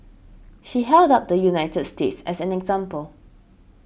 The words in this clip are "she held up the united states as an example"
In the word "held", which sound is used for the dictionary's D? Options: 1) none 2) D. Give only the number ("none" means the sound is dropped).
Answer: 2